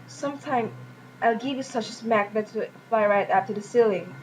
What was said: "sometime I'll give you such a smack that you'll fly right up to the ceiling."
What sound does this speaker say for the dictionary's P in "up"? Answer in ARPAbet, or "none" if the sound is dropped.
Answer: F